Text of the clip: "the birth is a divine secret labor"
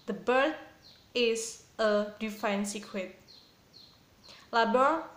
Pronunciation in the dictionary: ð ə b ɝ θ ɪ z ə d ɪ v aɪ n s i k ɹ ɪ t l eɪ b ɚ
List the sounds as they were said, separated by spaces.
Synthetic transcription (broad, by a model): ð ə b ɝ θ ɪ s ə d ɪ f aɪ n s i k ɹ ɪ t l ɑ b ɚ